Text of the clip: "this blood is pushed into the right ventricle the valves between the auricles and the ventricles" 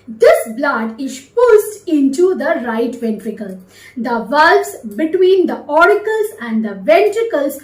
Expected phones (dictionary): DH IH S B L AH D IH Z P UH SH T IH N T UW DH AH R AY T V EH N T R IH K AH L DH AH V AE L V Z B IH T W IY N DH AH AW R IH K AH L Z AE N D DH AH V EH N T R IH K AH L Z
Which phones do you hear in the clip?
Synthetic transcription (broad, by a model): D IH S B L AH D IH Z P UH S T IH N T UW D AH R AY T V EH N T R IH K AH L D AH V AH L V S B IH T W IY N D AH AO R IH K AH L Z AE N D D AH V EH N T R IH K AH L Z